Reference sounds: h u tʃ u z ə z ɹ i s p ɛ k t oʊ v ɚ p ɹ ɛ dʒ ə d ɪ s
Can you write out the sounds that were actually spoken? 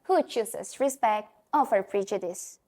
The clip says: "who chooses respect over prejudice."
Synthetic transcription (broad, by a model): h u tʃ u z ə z ɹ i s p ɛ k t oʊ f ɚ p ɹ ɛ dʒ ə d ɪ s